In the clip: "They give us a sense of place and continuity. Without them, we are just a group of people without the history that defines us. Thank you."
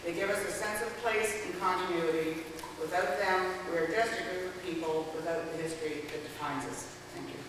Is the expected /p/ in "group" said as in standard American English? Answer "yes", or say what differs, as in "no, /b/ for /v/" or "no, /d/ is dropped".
no, /f/ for /p/